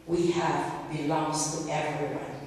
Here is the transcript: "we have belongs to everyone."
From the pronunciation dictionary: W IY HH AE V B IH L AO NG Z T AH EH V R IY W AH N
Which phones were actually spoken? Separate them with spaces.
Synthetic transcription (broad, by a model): W IY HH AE V B IH L AO NG Z T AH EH V R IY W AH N